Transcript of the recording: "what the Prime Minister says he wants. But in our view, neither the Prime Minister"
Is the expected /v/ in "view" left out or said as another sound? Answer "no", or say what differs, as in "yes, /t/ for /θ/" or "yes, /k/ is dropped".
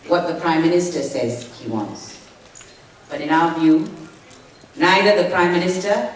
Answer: no